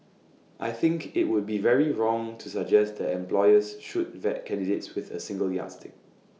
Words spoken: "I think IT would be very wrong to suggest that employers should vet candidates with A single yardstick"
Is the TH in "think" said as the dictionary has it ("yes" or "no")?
yes